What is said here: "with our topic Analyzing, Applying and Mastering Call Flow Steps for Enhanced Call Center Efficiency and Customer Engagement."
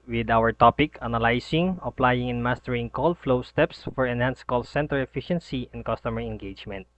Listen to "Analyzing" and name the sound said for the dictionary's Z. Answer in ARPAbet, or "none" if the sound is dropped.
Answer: S